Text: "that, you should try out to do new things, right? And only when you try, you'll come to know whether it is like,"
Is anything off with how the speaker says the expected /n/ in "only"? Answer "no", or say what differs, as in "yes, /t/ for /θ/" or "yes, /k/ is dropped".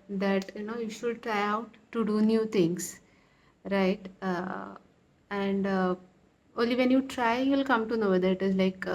no